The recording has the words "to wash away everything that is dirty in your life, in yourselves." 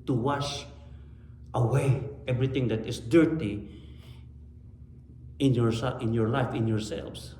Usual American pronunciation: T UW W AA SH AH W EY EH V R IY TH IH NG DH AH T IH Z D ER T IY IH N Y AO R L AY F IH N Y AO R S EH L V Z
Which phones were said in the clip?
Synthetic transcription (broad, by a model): T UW W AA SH AH W EY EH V R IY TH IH NG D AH T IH S D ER T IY IH N Y AO R L AY F IH N Y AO R S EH L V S